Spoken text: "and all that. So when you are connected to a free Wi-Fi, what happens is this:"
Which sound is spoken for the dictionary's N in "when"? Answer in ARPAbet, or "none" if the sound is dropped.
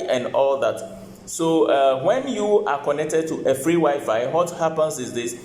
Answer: N